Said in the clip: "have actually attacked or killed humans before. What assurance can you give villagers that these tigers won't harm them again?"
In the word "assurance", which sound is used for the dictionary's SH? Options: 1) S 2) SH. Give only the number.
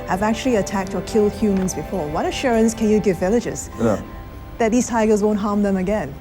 2